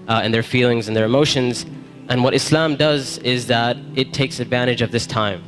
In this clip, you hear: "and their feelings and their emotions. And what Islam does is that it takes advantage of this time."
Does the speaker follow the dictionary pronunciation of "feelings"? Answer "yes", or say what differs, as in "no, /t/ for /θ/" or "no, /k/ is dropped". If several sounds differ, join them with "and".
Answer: yes